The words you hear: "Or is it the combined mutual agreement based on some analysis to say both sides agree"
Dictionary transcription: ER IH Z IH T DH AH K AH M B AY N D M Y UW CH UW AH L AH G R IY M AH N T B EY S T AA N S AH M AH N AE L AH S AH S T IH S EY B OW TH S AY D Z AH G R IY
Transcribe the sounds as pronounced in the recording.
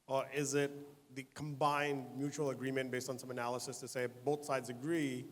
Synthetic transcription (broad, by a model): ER IH Z IH T DH AH K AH M B AY N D M Y UW CH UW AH L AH G R IY M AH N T B EY S T N S AH M AH N AE L AH S AH S T IH S EY B OW TH S AY D Z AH G R IY